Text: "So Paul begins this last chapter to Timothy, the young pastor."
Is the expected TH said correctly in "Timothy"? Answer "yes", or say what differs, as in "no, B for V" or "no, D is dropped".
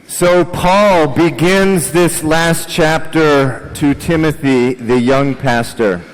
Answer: yes